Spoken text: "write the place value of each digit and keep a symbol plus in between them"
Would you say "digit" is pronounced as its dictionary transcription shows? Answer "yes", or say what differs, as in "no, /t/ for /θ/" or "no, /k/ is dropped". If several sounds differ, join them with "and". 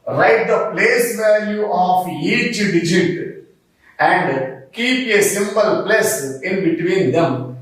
yes